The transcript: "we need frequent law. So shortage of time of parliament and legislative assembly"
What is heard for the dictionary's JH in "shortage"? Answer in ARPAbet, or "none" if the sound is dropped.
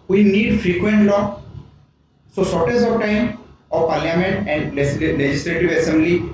Z